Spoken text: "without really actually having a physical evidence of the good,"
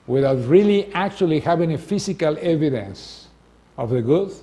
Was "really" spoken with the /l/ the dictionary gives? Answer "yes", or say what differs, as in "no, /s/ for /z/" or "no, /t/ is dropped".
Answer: yes